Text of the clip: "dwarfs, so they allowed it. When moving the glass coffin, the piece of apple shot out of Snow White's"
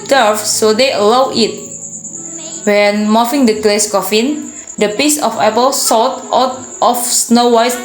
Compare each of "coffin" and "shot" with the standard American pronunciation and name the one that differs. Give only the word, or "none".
shot